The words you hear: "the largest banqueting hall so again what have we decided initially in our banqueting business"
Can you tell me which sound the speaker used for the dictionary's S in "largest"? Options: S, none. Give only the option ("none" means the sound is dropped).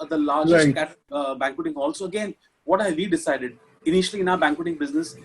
none